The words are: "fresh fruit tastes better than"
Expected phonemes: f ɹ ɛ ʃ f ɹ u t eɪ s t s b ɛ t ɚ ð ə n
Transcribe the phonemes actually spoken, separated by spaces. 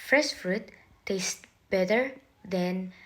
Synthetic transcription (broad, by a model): f ɹ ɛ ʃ f ɹ u t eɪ s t b ɛ t ɚ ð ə n